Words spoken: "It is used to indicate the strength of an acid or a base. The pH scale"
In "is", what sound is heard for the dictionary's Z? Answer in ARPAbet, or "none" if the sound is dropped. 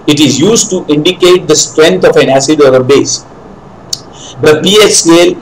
Z